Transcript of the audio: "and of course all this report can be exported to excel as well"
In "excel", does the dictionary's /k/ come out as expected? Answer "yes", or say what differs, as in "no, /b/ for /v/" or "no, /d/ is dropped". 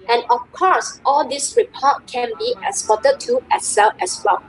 no, /k/ is dropped